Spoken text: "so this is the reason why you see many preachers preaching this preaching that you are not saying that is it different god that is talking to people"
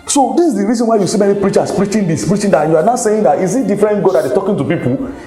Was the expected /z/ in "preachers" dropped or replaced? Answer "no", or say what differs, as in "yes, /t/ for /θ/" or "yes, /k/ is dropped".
yes, /s/ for /z/